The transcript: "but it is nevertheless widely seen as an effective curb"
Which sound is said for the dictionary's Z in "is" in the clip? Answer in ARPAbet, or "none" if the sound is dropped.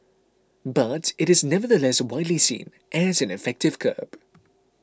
Z